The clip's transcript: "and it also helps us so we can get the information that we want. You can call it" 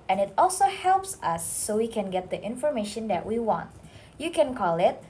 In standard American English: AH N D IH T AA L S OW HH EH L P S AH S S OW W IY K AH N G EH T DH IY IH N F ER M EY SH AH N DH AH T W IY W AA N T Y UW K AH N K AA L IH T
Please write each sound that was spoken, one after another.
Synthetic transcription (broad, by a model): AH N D IH T AA L S OW HH EH L P S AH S S OW W IY K AH N G EH T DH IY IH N F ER M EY SH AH N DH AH T W IY W AA N T Y UW K AH N K AA L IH T